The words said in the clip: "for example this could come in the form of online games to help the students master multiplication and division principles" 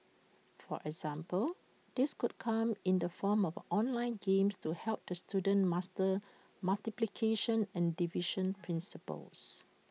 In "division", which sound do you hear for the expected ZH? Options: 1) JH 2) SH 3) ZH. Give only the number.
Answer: 2